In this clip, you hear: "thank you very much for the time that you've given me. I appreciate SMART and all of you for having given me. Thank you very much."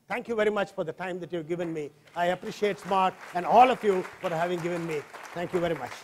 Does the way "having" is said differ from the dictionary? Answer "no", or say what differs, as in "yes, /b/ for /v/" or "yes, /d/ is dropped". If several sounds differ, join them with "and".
no